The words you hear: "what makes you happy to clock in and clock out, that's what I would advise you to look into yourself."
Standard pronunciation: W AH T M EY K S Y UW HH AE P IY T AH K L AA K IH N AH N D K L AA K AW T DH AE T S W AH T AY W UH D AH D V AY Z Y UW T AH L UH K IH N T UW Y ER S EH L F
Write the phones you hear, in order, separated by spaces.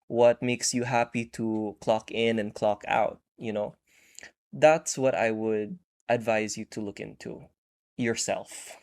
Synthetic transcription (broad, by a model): W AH T M EY K S Y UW HH AE P IY T AH K L AA K IH N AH N K L AA K AW T DH AE T S W AH T AY W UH D AH D V AY Z Y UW T AH L UH K IH N T UW Y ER S EH L F